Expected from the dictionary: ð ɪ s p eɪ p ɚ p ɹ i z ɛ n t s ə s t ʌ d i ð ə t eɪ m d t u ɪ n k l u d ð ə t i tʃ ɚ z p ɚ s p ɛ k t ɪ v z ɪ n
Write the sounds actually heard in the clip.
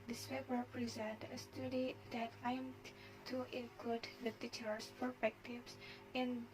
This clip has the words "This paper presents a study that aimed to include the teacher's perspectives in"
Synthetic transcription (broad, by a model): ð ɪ s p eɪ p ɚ p ɹ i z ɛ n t ə s t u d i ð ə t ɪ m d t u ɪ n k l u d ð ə t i tʃ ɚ s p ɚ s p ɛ k t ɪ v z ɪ n